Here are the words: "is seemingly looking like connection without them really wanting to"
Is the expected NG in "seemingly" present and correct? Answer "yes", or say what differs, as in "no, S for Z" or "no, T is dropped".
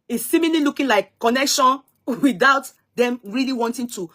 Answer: no, NG is dropped